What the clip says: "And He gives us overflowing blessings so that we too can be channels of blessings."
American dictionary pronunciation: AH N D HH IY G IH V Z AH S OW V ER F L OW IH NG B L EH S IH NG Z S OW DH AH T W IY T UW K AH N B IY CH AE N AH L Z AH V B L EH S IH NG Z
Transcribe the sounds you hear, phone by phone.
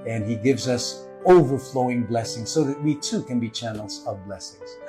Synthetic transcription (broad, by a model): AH N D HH IY G IH V Z AH S OW V ER F L OW IH NG B L EH S IH NG Z S OW DH AH T W IY T UW K AH N B IY CH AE N L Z AH V B L EH S IH NG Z